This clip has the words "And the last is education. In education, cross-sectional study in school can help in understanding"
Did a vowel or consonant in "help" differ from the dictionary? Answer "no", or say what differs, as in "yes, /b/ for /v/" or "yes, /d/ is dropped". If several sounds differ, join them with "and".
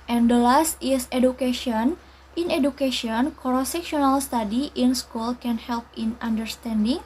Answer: no